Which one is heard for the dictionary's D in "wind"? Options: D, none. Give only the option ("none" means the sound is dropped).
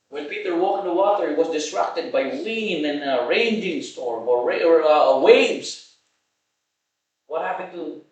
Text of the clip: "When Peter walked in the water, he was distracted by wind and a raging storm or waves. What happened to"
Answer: none